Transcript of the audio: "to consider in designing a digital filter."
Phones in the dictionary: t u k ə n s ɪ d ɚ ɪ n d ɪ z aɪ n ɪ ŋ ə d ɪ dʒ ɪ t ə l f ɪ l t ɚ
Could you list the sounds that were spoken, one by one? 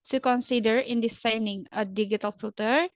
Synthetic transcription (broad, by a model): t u k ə n s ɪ d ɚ ɪ n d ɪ s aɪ n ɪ ŋ ə d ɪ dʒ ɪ t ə l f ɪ l t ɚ